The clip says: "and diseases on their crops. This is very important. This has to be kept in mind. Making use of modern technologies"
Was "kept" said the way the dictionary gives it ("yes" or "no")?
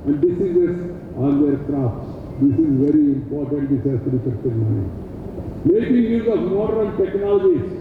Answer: no